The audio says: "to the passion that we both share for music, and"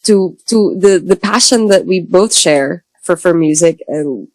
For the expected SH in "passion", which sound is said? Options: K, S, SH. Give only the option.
SH